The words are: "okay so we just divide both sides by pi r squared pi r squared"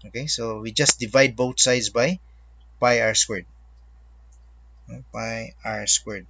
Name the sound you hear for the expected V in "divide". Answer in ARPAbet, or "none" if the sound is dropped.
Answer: V